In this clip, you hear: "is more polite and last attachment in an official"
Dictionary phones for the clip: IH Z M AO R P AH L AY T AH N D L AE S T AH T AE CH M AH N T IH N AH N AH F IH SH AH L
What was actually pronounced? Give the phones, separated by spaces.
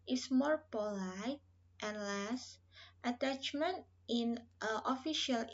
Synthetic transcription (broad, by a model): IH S M AO R P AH L AY T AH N L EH S T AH T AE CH M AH N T IH N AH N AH F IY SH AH L